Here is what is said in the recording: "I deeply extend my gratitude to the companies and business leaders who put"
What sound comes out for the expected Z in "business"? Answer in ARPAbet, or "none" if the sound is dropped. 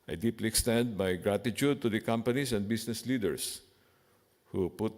S